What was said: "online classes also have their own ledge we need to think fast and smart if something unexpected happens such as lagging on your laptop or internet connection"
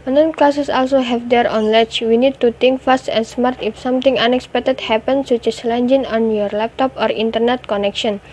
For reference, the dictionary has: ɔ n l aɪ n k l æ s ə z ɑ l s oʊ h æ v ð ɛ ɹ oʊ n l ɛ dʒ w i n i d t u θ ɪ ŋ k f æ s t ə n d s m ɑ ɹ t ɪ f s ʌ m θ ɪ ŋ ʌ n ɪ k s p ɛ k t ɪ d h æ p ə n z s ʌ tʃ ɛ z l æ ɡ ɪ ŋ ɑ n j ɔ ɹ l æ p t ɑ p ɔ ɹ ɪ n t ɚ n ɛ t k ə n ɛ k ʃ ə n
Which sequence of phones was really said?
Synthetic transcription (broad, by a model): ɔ n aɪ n k l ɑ s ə s ɑ l s oʊ h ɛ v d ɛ ɹ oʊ n l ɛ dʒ w i n i d t u t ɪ ŋ k f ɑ s t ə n s m ɑ ɹ t ɪ f s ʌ m t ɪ ŋ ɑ n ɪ k s p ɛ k t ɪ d h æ p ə n s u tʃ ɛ s l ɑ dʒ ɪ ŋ ɑ n j ɔ ɹ l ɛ p t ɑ p ɔ ɹ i n t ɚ n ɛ t k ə n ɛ k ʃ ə n